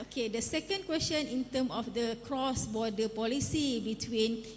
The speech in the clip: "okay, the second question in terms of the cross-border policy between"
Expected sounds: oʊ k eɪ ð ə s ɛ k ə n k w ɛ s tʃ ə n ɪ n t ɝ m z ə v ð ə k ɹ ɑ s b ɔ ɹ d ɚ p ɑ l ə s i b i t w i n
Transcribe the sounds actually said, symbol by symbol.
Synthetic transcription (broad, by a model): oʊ k eɪ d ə s ɛ k ə n k w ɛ s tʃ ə n ɪ n t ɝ m ə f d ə k ɹ ɑ s b ɔ d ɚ p ɑ l ə s i b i t w i n